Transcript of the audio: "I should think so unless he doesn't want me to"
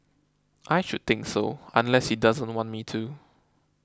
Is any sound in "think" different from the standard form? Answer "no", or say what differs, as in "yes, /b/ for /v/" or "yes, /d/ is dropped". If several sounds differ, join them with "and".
yes, /t/ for /θ/